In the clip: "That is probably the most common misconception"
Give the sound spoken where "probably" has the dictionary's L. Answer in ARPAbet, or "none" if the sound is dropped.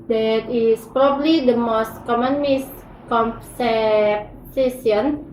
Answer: L